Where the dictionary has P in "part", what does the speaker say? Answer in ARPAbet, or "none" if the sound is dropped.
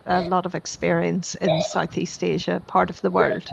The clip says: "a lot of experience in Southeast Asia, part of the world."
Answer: P